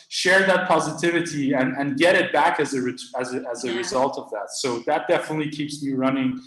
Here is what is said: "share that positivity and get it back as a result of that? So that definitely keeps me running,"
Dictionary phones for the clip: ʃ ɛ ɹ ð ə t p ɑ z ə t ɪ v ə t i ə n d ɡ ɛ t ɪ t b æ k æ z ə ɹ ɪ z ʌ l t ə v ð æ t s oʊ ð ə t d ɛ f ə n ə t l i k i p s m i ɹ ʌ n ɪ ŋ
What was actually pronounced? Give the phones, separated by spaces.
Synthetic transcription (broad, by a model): ʃ ɛ ɹ ð ə t p ɑ z ə t ɪ v ə t i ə n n ɡ ɛ t ɪ t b æ k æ z ə ɹ ɪ z ʌ l t ə v ð æ t s oʊ ð ə t d ɛ f ə n ə t l i k i p s m i ɹ ʌ n ɪ ŋ